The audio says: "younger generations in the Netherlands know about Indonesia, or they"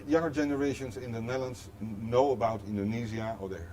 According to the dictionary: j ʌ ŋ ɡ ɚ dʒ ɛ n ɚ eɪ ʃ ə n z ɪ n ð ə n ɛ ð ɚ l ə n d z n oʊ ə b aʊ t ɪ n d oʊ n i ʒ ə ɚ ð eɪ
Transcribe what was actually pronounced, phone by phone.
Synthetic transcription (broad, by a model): j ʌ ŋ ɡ ɚ dʒ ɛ n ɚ eɪ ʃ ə n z ɪ n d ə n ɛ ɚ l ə n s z n oʊ ə b aʊ t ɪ n d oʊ n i z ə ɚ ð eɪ